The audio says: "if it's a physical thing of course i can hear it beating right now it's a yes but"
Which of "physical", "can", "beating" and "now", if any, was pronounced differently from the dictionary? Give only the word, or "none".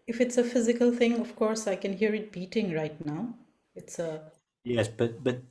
none